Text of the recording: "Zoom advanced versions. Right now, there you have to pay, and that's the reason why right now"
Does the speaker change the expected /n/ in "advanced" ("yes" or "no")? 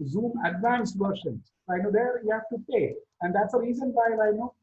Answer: no